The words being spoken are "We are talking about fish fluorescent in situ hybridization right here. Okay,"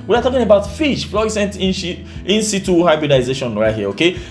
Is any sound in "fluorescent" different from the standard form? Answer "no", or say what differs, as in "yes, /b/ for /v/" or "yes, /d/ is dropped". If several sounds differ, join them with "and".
yes, /ɹ/ is dropped